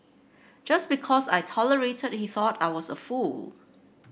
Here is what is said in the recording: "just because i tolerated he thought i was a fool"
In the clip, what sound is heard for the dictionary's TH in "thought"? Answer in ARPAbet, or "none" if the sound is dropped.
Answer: TH